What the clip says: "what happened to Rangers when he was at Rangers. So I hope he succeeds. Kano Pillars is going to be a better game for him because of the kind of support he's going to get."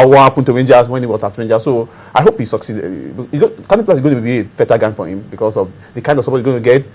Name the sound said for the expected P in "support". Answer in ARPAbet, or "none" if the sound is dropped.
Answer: B